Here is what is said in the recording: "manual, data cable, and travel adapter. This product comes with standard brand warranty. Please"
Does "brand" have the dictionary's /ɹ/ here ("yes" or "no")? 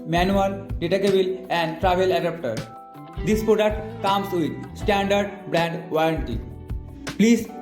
yes